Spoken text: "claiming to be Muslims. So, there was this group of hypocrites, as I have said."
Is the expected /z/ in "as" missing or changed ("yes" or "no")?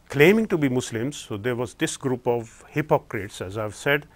no